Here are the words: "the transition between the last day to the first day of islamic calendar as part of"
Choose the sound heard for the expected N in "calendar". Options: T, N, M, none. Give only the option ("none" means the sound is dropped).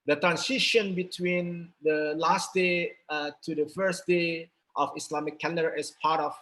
none